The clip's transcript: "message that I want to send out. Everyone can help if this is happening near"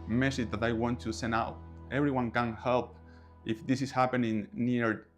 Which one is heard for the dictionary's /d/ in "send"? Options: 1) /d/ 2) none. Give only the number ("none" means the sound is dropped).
2